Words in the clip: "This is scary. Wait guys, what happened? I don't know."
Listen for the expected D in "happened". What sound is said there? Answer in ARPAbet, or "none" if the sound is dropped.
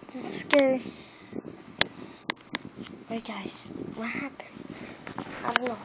none